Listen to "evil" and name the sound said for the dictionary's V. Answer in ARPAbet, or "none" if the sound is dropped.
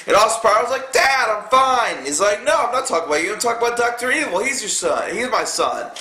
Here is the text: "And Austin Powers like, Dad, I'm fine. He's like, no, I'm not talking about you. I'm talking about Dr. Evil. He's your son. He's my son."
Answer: W